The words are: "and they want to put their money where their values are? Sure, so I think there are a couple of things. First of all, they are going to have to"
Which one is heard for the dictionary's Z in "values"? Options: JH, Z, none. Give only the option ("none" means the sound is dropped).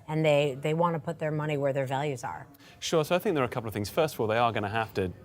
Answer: Z